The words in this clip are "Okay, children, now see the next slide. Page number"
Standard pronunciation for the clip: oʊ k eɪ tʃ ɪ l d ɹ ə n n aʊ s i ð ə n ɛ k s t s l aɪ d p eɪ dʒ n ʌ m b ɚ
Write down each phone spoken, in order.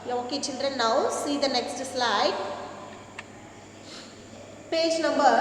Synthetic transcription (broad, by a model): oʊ k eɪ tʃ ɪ n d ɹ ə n n aʊ s i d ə n ɛ k s t s l aɪ d p eɪ dʒ n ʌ m b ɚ